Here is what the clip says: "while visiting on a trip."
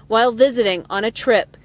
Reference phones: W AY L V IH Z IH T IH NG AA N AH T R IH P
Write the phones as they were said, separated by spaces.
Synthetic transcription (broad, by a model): W AY L V IH Z IH T IH NG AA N AH T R IH P